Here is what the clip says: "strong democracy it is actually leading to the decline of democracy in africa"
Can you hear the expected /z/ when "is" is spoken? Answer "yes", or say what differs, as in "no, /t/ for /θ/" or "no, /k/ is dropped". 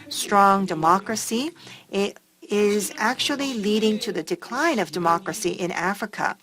yes